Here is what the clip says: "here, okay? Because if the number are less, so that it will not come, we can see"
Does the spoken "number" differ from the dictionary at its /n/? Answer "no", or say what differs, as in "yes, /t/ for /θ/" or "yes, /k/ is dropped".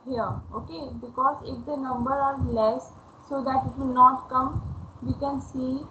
no